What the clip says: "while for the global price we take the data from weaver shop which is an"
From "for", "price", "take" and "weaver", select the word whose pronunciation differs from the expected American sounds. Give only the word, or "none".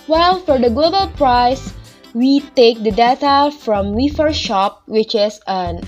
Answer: weaver